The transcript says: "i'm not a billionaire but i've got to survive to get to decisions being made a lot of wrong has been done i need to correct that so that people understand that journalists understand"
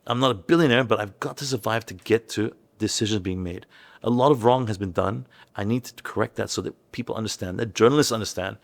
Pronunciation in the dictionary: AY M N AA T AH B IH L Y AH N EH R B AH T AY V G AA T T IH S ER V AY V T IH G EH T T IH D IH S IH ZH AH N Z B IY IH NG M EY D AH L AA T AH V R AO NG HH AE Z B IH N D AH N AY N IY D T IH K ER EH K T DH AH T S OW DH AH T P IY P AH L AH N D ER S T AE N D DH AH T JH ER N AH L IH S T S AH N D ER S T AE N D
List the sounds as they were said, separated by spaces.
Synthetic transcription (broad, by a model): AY M N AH T AH B IH L Y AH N EH R B AH T AY V G AA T T IH S ER V AY V T IH G EH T T IH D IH S IH ZH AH N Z B IY IH NG M EY D AH L AA T AH V R AO NG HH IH Z B IH N D AH N AY N IY D T IH K ER EH K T DH AH T S OW DH AH T P IY P L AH N D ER S T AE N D DH AH T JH ER N L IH S T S AH N D ER S T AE N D